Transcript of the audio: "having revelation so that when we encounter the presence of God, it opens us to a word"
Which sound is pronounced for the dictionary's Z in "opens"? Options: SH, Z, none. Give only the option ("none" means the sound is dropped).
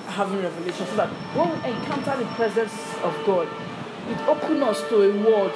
none